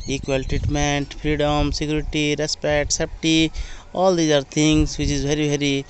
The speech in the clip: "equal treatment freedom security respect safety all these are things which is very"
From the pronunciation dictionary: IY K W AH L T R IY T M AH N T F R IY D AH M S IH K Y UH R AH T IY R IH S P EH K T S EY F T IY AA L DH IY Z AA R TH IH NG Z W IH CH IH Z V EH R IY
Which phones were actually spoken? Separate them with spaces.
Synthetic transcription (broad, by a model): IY K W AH L T R IY T M AH N T P R IY D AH M S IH K Y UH R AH T IY R IH S P EH K T S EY P T IY AA L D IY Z AA R T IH NG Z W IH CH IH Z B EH R IY